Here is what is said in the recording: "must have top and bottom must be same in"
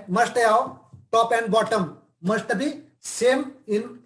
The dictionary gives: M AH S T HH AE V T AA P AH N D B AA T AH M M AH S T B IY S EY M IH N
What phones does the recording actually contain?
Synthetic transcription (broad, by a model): M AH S T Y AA W T AA P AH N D B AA T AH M M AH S T B IY S EY M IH N